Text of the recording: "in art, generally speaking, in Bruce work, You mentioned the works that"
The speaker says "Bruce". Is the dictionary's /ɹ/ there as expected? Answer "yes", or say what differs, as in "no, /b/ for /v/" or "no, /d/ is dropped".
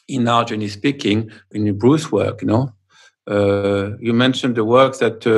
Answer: yes